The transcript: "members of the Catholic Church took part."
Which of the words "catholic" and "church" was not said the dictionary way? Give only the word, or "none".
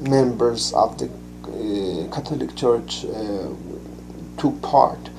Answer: catholic